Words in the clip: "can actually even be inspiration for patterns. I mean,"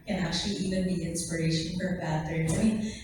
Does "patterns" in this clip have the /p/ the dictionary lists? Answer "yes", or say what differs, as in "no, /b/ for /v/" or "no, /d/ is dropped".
no, /b/ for /p/